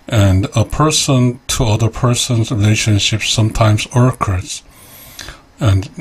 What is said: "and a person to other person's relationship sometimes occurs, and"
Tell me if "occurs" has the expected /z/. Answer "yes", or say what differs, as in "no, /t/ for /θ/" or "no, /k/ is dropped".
no, /s/ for /z/